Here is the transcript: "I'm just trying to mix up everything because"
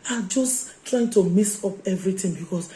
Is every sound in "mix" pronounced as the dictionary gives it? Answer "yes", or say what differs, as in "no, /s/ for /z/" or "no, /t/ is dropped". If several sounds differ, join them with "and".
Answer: no, /k/ is dropped